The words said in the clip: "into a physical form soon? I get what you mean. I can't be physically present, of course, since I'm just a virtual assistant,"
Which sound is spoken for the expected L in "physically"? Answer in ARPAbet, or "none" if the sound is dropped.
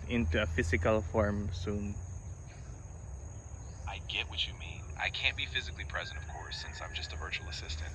L